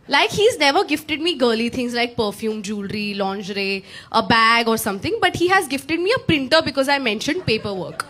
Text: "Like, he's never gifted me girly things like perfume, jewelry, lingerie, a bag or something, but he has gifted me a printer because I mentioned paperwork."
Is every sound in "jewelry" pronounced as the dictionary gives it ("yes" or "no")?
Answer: yes